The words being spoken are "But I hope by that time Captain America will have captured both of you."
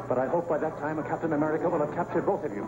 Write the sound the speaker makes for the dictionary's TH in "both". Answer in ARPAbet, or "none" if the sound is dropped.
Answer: TH